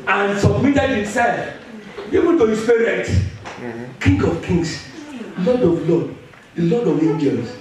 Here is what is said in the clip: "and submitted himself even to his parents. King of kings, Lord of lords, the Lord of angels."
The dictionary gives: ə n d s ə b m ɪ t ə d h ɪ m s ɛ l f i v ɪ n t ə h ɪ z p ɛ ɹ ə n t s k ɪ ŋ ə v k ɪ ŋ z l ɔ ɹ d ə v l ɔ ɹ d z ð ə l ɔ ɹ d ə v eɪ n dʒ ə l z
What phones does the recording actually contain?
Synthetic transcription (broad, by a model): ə n s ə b m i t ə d h ɪ m s ɛ l f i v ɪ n t ə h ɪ s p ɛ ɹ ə t k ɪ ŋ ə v k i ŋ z l ɔ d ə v l ɔ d l ɔ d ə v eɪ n dʒ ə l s